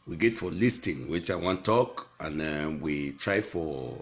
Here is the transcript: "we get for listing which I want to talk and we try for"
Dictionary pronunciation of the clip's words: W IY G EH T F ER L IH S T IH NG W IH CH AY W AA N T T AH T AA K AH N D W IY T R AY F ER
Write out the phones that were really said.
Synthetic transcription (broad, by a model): W IY G EH T F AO L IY S T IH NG W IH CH AY W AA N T T AH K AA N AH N W IY T R AY F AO